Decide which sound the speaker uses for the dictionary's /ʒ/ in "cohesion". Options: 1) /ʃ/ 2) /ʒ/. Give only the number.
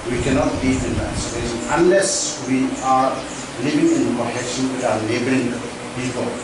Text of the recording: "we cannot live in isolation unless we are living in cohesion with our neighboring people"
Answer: 1